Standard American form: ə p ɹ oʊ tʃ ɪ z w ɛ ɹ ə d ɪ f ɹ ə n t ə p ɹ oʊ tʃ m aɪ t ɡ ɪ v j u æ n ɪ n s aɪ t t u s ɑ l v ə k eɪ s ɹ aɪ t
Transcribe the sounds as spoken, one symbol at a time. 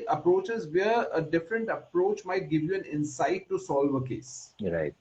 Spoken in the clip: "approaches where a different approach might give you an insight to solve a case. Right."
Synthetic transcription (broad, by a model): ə p ɹ oʊ tʃ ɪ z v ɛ ɹ ə d ɪ f ɹ ə n t ə p ɹ oʊ tʃ m aɪ t ɡ ɪ v j u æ n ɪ n s aɪ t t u s ɑ l v ə k eɪ s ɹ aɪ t